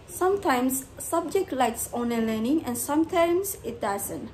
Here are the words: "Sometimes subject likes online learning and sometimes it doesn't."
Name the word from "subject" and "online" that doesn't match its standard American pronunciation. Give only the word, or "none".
online